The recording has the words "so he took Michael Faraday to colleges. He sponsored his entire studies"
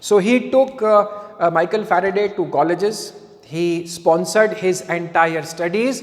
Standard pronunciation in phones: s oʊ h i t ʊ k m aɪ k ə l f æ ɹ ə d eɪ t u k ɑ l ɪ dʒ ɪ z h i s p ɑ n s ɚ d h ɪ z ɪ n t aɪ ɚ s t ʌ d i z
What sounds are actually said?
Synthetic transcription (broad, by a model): s oʊ h i t ʊ k m aɪ k ə l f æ ɹ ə d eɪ t u k ɑ l ɪ dʒ ɪ z h i s p ɑ n s ɚ d h ɪ z ɪ n t aɪ ɚ s t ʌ d i z